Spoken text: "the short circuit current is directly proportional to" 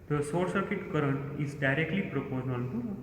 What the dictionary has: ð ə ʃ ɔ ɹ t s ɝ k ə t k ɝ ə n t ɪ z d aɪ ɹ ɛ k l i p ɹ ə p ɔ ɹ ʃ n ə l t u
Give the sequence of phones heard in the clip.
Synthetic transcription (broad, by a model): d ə s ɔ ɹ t s ɝ k ə t k ɝ ə n t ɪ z d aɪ ɹ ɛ k l i p ɹ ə p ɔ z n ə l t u